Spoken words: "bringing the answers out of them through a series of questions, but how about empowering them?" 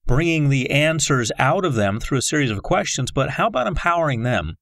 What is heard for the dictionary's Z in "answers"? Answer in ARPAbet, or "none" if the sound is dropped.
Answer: Z